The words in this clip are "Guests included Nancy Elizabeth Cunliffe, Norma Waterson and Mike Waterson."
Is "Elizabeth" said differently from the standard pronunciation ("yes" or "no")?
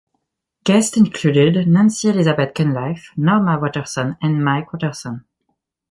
yes